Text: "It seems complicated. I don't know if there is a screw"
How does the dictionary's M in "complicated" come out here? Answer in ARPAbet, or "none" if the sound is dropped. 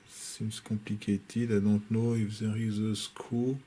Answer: none